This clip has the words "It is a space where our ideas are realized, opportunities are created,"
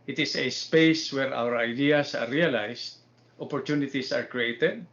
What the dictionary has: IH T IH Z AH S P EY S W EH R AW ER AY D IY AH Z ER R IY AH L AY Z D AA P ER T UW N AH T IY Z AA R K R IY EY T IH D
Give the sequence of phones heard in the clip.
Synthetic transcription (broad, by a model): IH T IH S AH S P EY S W EH R AW ER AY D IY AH S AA R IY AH L AY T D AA P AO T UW N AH T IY S AA R K R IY EY T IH D